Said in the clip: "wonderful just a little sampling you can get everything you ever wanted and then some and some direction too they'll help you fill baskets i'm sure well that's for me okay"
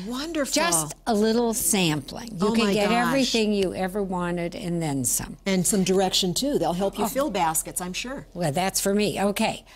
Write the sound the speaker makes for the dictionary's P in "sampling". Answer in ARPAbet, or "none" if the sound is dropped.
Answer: P